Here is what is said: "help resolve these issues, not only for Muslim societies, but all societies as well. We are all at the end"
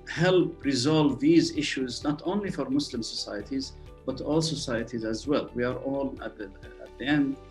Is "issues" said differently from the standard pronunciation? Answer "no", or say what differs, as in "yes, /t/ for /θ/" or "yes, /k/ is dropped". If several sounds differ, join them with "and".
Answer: no